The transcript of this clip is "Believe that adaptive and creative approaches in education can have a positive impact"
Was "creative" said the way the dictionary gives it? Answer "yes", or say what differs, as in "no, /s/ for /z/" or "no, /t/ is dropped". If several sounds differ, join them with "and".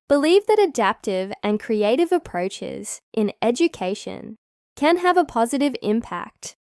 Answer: yes